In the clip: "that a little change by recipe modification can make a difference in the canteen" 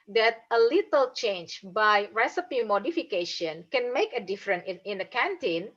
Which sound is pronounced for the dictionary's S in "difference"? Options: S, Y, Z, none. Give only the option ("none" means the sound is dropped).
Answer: none